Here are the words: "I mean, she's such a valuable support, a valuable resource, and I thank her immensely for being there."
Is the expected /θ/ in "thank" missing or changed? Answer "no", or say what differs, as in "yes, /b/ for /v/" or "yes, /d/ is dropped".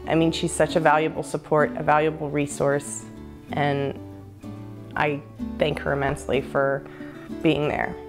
no